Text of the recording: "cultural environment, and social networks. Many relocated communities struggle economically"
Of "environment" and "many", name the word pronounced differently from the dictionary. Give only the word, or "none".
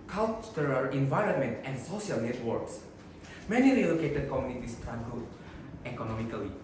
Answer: none